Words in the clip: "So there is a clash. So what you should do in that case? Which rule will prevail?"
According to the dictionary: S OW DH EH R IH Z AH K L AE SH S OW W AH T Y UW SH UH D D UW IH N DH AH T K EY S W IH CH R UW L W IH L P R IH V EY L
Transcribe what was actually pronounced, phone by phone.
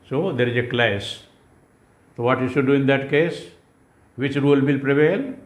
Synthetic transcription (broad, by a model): S OW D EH R IH Z AH K L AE S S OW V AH T Y UW SH UH D D UW IH N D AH T K EY S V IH CH R UW L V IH L P R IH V EY L